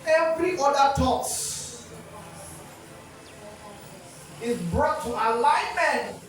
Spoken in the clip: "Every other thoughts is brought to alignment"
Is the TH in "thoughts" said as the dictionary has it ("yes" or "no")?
no